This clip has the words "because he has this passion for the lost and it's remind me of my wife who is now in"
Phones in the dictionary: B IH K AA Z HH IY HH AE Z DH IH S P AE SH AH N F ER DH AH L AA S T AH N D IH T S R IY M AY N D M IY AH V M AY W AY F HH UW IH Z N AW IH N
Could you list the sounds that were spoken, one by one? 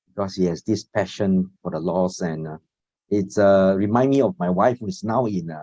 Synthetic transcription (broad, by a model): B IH K AA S HH IY HH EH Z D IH S P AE SH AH N F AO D AH L AA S AH N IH T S R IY M AY N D M IY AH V M AY W AY F HH UW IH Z N AW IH N